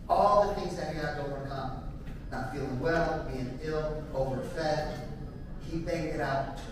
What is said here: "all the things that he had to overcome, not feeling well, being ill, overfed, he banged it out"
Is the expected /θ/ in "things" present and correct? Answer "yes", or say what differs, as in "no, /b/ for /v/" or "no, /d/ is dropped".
yes